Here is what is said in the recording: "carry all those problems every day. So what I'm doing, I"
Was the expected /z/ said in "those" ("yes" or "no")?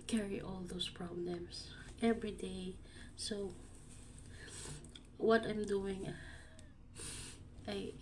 no